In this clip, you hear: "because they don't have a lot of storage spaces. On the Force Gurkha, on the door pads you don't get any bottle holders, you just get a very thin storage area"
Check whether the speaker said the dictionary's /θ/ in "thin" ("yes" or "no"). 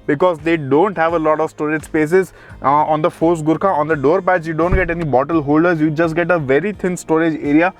no